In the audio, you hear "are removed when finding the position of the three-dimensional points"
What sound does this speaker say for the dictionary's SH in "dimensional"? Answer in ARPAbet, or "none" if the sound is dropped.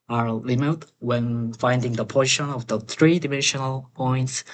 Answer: SH